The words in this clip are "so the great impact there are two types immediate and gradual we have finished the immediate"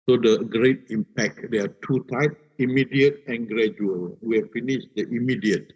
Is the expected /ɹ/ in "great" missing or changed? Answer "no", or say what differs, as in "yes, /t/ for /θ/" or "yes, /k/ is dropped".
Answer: no